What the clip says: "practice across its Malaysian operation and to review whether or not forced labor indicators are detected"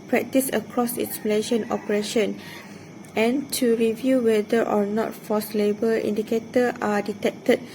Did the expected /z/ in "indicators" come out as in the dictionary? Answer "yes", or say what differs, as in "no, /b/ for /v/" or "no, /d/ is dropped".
no, /z/ is dropped